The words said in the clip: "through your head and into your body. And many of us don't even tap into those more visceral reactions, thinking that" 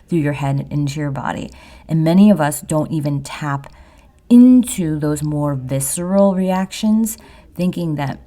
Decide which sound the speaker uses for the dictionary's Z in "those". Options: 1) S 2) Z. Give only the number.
2